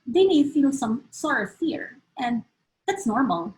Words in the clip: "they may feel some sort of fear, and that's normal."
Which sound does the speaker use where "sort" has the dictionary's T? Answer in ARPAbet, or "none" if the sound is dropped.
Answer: none